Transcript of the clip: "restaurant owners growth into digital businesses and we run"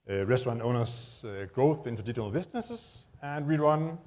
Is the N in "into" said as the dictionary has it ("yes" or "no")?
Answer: yes